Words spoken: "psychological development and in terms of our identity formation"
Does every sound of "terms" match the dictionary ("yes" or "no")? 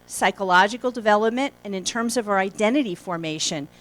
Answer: yes